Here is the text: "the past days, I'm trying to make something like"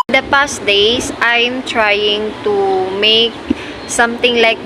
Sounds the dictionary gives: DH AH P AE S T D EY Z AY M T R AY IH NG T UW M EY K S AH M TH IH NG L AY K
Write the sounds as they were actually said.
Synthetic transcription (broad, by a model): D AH P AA S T D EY S AY M T R AY IH NG T UW M EY K S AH M T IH NG L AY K